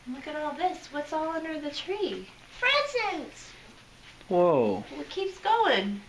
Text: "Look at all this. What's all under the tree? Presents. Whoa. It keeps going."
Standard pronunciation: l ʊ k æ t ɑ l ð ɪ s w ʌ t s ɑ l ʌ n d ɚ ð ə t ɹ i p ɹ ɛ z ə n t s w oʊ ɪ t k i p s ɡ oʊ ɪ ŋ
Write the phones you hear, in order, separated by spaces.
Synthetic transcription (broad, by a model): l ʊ k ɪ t ɑ l ð ɪ s w ʌ t s ɑ l ʌ n d ɚ ð ə t ɹ i f ɹ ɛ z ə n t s w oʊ ɪ t k i p s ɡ oʊ ɪ ŋ